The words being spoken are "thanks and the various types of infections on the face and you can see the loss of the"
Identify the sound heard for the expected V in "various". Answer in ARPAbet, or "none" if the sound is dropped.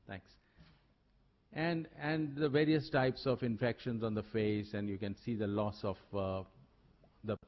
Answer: V